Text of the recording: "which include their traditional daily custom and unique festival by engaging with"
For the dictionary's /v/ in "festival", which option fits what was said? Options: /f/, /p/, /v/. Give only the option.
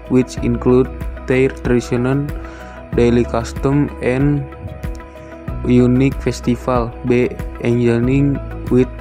/f/